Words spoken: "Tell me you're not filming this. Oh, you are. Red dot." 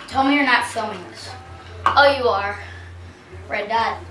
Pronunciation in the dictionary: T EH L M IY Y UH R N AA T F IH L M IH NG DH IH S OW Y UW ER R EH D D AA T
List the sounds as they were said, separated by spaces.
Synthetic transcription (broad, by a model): T EH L M IY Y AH R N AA T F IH M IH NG DH IH S OW Y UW ER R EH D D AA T